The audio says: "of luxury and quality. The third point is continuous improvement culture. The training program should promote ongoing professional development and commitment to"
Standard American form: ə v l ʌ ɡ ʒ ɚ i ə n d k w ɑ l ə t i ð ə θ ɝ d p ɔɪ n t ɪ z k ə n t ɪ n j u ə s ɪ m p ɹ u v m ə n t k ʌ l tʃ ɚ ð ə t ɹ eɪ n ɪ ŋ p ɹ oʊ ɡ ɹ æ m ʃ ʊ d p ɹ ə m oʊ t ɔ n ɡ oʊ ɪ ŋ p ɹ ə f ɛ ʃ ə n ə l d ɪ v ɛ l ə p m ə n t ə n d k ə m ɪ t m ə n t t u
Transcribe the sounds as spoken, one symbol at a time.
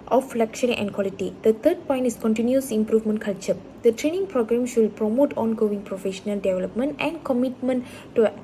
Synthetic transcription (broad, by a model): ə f l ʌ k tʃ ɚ i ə n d k w ɑ l ə t i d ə t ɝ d p ɔɪ n t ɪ s k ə n t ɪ n j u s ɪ m p ɹ u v m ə n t k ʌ l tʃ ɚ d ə t ɹ eɪ n ɪ ŋ p ɹ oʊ ɡ ɹ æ m ʃ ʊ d p ɹ ə m oʊ t ɔ n ɡ oʊ ɪ ŋ p ɹ ə f ɛ ʃ ə n ə l d ɪ v ɛ l ə p m ə n t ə n k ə m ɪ t m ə n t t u